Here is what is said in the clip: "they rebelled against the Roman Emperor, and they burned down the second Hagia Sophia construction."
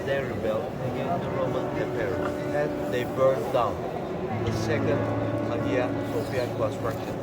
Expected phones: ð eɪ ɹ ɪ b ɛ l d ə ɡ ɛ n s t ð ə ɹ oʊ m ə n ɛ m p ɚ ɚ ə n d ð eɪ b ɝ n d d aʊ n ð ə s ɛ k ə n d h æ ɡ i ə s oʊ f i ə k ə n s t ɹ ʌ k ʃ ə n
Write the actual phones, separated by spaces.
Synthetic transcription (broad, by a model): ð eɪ ɹ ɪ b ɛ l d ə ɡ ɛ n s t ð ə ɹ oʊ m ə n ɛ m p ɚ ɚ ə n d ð eɪ b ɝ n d d aʊ n ð ə s ɛ k ə n d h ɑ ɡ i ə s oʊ p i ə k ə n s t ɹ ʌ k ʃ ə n